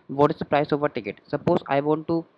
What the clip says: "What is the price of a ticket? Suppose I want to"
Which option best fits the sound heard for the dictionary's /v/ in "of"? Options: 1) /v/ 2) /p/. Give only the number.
1